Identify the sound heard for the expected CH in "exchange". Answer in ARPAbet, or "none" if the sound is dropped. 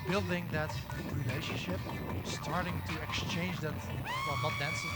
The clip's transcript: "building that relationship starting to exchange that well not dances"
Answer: CH